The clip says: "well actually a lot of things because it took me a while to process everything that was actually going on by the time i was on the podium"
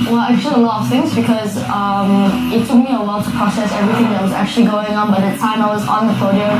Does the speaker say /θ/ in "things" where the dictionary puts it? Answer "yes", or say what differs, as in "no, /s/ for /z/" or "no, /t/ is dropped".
yes